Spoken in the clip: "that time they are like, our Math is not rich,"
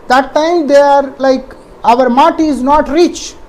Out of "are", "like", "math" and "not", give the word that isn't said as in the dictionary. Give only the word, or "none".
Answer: math